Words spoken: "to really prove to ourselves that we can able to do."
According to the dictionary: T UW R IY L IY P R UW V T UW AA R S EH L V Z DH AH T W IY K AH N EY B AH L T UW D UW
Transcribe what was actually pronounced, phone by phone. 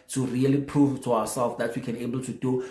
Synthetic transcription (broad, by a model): T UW R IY L IY P R UW V T UW AA W S EH L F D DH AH T W IY K AH N EY B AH L T UW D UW